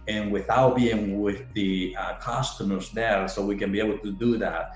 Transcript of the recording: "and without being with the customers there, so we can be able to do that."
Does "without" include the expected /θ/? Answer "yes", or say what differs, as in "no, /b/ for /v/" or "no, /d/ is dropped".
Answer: yes